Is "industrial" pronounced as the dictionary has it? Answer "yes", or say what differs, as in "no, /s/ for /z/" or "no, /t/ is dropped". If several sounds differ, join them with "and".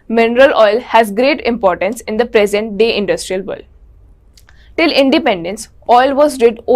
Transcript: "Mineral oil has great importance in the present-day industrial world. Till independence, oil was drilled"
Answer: yes